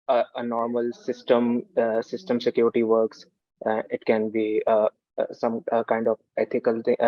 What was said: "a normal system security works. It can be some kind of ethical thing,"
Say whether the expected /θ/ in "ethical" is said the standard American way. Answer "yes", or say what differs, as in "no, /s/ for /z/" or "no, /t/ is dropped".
no, /t/ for /θ/